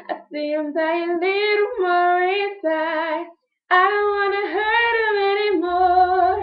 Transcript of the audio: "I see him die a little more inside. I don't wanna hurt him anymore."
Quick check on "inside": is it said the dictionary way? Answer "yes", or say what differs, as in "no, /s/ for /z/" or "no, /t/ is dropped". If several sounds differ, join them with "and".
no, /n/ is dropped and /d/ is dropped